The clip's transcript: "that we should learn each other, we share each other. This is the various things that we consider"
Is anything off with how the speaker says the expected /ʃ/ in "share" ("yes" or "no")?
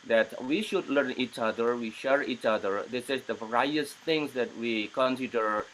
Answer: no